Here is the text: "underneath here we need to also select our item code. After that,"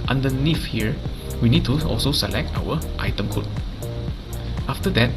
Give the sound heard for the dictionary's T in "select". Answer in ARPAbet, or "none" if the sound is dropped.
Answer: T